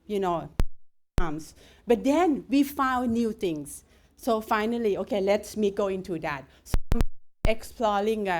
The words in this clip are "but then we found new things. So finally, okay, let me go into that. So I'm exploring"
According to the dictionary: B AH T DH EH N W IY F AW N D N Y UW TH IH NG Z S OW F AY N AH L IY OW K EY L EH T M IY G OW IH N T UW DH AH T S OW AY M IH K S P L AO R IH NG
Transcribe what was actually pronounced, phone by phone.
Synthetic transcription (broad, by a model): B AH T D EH N W IY F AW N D N Y UW T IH NG S OW F AY N AH L IY OW K EY L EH T M IY G OW IH N T UW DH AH T S OW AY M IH K S P L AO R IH NG